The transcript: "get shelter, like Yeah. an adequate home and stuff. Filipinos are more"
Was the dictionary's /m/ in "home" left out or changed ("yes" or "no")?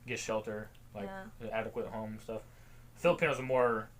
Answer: yes